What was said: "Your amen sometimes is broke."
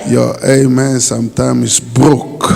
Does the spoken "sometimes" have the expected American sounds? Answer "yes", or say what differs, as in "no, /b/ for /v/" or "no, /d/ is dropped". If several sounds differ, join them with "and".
no, /z/ is dropped